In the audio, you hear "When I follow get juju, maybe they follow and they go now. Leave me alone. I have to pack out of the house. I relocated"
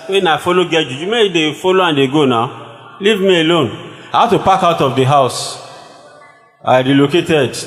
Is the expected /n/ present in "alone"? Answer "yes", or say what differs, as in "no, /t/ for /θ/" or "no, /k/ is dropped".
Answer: yes